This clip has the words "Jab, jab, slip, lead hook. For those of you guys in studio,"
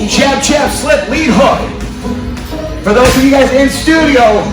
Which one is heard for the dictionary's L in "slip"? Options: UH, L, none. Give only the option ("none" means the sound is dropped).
L